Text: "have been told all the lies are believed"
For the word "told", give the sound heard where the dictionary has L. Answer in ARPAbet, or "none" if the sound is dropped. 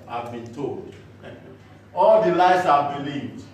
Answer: L